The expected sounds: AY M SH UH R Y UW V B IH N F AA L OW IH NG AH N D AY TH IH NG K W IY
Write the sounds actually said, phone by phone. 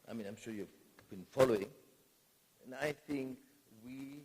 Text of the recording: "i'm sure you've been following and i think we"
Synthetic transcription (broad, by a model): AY M SH UH R Y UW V B IH N F AA L OW IH NG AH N AY TH IH NG K W IY